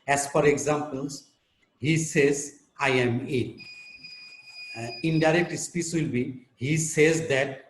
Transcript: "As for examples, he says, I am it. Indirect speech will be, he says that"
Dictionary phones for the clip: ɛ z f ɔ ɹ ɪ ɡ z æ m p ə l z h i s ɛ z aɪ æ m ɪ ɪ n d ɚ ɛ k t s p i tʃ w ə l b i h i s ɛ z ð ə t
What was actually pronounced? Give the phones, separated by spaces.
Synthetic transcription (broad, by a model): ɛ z f ɔ ɹ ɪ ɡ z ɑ m p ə l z h i s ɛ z aɪ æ m ɪ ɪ n d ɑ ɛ k t s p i s w ə l b i h i s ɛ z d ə t